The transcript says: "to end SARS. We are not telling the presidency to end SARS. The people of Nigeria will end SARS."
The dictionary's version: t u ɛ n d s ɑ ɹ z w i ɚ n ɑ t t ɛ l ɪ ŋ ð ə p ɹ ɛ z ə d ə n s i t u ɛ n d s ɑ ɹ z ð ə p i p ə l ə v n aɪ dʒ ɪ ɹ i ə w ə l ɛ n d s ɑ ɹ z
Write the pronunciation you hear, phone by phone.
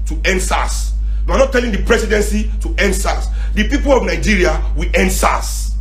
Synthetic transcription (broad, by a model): t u ɛ n d s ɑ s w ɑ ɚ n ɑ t t ɛ l ɪ ŋ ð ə p ɹ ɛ s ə d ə n s i t u ɛ n d s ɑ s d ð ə p i p ə l ə v n aɪ dʒ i ɹ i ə w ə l ɛ n d s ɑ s